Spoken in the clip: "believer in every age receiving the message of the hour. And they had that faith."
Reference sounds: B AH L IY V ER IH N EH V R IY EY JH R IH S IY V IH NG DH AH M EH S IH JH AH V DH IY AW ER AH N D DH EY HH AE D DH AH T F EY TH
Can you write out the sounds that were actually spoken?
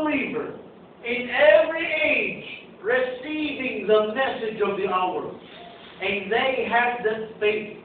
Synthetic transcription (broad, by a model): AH L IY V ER IH N EH V R IY EY JH R IH S IY V IH NG DH AH M EH S IH JH AH V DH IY AW ER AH N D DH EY HH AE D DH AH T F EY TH